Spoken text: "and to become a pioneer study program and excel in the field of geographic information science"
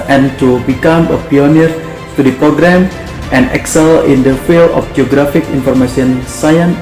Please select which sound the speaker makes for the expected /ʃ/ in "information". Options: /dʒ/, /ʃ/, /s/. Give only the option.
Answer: /s/